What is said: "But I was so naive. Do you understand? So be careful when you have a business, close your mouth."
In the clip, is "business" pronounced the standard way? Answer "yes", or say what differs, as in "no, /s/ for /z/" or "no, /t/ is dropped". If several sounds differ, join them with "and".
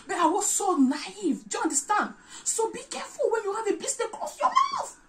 no, /s/ is dropped